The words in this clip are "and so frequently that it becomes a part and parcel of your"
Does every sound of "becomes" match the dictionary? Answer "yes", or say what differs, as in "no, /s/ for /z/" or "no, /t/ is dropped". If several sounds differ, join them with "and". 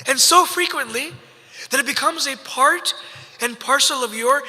yes